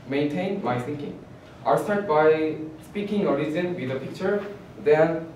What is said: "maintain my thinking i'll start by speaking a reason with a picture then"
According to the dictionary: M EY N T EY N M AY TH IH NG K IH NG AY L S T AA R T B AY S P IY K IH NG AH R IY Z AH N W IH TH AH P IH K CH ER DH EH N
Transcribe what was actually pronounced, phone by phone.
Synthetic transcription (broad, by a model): M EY N T EY N M AY S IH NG K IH NG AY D S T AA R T B AY S P IY K IH NG AH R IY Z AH N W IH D AH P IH K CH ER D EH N